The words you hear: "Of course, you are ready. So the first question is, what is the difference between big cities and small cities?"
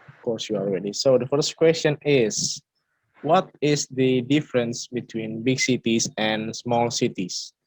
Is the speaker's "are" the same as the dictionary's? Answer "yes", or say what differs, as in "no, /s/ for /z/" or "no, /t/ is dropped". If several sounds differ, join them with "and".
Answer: no, /l/ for /ɹ/